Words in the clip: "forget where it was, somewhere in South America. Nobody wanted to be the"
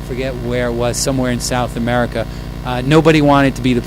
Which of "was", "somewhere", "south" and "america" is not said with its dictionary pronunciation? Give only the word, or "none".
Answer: none